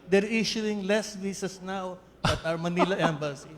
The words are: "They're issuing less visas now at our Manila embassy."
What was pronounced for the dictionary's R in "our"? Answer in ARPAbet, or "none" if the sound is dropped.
W